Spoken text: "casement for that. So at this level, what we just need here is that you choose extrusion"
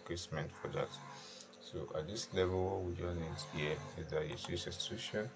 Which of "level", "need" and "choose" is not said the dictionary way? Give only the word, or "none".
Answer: choose